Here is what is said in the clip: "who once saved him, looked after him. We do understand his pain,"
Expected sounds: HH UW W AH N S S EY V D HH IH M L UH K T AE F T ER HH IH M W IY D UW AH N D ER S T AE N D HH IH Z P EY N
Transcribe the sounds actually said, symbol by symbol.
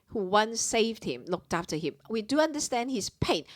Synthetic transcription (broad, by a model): HH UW W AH N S S EY V D HH IH M L UH K T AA F T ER HH IH M W IY D UW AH N D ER S T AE N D HH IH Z P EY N